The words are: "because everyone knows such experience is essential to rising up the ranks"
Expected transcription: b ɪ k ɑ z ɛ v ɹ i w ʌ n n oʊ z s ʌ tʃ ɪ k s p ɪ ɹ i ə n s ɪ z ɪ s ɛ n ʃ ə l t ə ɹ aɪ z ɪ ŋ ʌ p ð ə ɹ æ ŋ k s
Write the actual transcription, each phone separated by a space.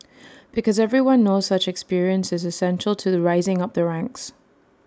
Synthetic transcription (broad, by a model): b ɪ k ɑ z ɛ v ɹ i w ʌ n n oʊ z s ʌ tʃ ɪ k s p ɪ ɹ i ə n s ɪ z ɪ s ɛ n ʃ ə l t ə ɹ aɪ z ɪ ŋ ʌ p ð ə ɹ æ ŋ k s